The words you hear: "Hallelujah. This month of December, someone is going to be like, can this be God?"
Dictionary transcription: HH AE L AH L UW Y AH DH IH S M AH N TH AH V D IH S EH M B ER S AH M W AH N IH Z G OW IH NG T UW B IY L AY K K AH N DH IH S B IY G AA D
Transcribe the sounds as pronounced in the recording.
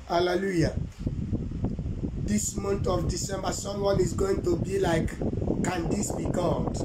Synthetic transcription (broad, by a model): HH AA L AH L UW Y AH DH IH S M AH N T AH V D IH S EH M B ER S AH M W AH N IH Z G OW IH NG T UW B IY L AY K K AH N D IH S B IY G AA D